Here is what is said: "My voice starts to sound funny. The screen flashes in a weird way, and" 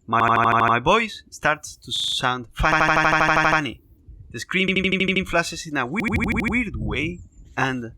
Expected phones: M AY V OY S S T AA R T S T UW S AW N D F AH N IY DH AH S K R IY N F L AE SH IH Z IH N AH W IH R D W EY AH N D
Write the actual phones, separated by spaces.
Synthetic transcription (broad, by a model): M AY B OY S S T AA R T S T UW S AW N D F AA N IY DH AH S K R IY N F L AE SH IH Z IH N AH W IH R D W EY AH N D